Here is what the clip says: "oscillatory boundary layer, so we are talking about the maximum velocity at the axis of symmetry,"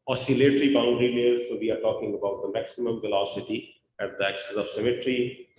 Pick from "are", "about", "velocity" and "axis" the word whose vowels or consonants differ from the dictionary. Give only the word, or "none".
none